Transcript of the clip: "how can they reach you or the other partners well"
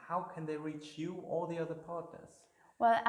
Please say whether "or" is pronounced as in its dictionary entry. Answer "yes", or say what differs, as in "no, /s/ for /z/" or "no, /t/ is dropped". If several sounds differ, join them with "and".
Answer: no, /l/ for /ɹ/